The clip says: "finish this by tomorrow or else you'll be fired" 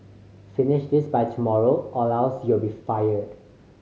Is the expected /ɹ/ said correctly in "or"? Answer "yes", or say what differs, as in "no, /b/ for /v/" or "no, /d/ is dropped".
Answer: no, /l/ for /ɹ/